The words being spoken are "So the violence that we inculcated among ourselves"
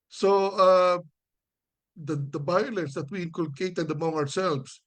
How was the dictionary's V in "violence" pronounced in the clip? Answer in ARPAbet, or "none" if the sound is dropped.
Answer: B